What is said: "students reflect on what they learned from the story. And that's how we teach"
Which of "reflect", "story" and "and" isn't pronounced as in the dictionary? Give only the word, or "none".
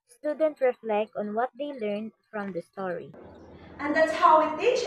none